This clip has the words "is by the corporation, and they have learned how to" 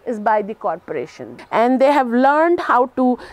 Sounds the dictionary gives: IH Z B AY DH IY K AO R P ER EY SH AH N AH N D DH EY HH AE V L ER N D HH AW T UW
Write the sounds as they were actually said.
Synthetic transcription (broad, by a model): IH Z B AY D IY K AO R P ER EY SH AH N AH N D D EY HH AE V L ER N D HH AW T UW